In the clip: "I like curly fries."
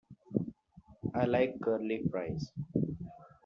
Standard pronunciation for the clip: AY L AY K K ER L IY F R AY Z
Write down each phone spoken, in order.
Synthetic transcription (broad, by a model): AY L AY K K ER L IY P R AY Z